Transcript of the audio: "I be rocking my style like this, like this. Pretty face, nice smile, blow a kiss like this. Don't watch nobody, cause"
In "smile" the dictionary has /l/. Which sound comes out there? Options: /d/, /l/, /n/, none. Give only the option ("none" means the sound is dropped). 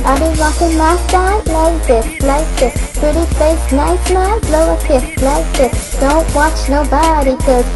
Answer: /n/